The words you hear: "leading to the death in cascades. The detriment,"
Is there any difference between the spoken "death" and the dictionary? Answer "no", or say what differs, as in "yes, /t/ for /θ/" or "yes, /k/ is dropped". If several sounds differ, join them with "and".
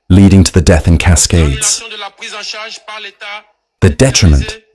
no